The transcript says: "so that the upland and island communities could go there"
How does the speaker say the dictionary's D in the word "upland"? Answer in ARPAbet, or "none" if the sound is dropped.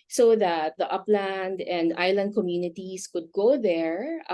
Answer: D